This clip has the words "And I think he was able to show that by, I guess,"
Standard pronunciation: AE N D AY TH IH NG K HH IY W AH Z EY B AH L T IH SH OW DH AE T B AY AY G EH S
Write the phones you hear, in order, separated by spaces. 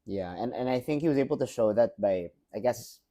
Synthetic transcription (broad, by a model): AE N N AY TH IH NG K HH IY W AH Z EY B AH L T IH SH OW DH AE T B AY AY G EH S